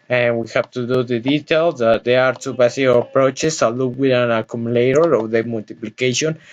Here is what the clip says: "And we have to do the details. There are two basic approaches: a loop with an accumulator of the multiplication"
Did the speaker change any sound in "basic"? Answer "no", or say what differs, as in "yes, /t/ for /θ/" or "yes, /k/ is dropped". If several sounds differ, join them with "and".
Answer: yes, /k/ is dropped